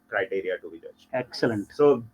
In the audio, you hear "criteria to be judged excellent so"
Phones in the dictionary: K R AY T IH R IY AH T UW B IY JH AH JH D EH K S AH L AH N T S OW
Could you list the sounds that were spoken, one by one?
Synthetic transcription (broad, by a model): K R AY T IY R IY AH T UW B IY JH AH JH EH K S AH L AH N T S OW